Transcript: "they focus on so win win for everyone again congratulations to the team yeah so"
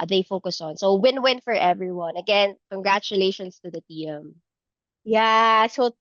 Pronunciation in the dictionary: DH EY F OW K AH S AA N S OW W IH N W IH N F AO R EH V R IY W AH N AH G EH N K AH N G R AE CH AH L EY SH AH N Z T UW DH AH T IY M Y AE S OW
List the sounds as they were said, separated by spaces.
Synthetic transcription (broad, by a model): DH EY F OW K AH S AA N S OW W IH N W IH N F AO R EH V R IY W AH N AH G EH N K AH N G R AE CH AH L EY SH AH N S T UW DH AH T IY M Y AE S OW